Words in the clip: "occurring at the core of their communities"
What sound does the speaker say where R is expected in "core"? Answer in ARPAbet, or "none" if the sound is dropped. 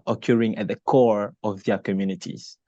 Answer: R